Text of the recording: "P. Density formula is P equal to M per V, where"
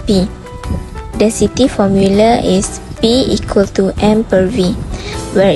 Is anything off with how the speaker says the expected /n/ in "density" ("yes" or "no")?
yes